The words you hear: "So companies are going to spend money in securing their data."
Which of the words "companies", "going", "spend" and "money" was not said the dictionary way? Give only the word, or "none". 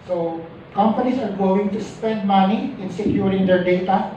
companies